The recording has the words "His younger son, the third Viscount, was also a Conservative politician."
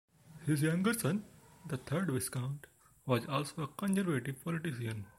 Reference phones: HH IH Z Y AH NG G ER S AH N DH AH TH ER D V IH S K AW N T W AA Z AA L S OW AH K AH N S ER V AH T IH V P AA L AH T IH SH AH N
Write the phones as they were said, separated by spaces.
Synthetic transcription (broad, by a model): HH IH Z Y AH NG G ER S AH N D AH T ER D V IH S K AW N T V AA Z AA L S OW AH K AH N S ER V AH T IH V P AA L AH T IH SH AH N